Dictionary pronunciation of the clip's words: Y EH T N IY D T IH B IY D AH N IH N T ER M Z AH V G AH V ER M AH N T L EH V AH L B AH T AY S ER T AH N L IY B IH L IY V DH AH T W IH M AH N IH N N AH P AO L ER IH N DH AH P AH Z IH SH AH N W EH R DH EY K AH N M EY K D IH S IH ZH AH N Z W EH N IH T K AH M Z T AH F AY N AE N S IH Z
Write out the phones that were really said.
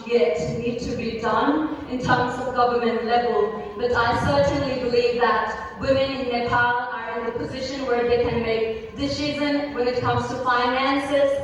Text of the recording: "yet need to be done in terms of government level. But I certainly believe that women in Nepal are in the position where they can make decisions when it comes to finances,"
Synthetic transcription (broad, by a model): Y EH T N IY D T IH B IY D AH N IH N T ER M Z AH V G AH V ER M AH N T L EH V AH L B AH T AY S ER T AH N L IY B IH L IY V DH AH T W IH M AH N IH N N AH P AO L ER IH N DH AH P AH Z IH SH AH N W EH R DH EY K AH N M EY K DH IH S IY Z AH N W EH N IH T K AH M Z T AH F AY N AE N S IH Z